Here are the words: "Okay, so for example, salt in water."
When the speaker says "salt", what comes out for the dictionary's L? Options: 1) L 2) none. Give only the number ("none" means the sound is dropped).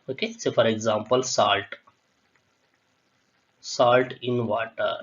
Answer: 1